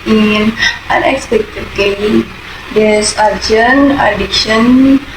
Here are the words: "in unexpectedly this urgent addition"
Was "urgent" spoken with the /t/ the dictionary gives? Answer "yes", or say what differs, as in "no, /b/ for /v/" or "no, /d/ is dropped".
no, /t/ is dropped